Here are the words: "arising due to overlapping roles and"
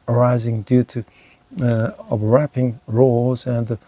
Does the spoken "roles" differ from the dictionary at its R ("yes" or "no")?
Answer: no